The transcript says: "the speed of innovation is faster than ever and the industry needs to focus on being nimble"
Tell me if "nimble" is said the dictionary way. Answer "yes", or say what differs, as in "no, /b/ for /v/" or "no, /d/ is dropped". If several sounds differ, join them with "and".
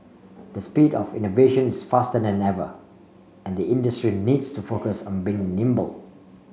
yes